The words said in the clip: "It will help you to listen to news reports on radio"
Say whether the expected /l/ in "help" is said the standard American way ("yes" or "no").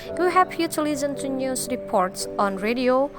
no